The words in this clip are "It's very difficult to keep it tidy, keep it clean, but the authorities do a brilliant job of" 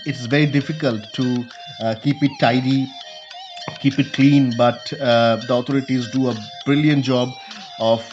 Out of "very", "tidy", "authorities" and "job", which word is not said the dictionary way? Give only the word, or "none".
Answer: authorities